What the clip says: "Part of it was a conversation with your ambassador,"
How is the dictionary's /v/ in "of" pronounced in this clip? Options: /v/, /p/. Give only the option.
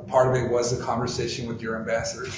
/v/